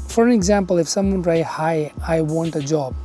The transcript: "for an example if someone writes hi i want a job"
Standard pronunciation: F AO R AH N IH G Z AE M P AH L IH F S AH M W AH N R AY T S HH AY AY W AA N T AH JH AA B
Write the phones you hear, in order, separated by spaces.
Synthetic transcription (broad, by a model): F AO R AH N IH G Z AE M P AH L IH F S AH M W AH N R AY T HH AY AY W AA N T AH JH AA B